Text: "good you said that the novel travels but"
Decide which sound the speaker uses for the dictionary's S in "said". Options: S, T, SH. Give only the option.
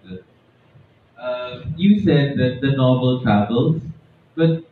S